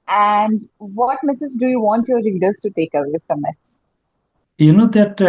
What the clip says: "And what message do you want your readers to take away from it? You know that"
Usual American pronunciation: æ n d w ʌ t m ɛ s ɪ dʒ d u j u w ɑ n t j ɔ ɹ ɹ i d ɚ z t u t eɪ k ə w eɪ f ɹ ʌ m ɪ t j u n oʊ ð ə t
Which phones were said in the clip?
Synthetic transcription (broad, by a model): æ n d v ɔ t m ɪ s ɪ z d u j u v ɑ n t j ɔ ɹ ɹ i d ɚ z t u t eɪ k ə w eɪ f ɹ ʌ m ɪ t j u n oʊ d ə t